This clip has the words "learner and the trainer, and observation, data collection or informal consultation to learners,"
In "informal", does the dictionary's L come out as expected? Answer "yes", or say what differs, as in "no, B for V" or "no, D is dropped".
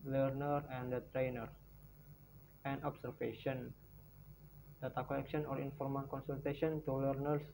no, N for L